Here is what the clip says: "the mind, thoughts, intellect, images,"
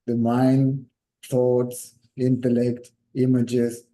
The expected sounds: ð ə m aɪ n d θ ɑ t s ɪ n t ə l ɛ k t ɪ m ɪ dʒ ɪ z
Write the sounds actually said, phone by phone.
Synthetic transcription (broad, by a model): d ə m aɪ n d t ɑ t s ɪ n t ə l ɛ k t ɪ m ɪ dʒ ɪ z